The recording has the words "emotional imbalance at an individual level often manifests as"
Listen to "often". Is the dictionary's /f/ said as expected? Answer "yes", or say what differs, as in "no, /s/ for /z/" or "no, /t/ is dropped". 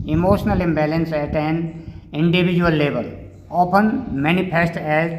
no, /p/ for /f/